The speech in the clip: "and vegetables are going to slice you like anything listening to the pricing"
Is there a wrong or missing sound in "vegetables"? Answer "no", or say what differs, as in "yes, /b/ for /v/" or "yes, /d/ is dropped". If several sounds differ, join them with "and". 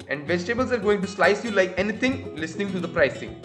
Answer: no